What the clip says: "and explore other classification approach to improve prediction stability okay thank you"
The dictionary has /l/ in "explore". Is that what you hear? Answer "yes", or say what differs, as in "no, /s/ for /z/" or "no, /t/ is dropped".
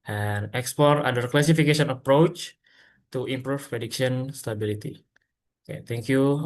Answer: no, /l/ is dropped